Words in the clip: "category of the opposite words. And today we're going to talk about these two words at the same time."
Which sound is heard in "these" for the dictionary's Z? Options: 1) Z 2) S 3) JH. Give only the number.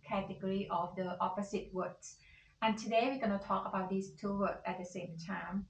2